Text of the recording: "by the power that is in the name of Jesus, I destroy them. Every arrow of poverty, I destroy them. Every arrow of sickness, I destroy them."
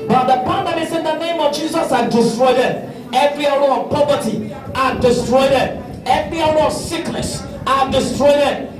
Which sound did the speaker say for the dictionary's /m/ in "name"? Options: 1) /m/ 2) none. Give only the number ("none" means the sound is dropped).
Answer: 1